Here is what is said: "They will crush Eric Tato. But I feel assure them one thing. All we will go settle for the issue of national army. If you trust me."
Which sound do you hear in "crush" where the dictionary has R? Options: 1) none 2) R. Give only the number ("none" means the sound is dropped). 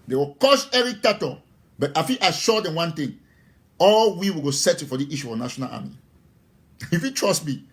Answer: 1